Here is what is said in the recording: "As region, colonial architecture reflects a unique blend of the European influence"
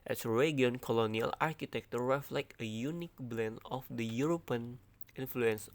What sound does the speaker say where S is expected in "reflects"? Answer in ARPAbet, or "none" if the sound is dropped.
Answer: none